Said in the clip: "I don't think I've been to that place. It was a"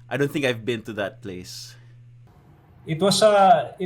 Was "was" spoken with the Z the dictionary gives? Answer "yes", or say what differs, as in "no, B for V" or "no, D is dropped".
no, S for Z